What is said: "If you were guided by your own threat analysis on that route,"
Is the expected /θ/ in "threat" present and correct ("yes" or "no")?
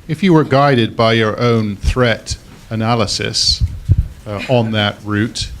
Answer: yes